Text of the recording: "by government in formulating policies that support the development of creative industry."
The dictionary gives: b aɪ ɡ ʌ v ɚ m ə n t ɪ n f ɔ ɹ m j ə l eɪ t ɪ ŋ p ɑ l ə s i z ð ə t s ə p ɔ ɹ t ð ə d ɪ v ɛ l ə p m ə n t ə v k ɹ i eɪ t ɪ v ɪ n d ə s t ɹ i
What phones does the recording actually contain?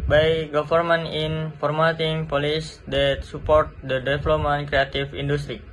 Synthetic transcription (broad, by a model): b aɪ ɡ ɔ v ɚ m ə n ɪ n f ɔ ɹ m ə t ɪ ŋ p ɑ l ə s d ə t s ə p ɔ ɹ t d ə d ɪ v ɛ l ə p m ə n k ɹ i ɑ t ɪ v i n d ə s t ɹ i